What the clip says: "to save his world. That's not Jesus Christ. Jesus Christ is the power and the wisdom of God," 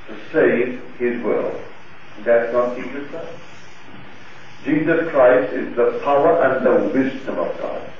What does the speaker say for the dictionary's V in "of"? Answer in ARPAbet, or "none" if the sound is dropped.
V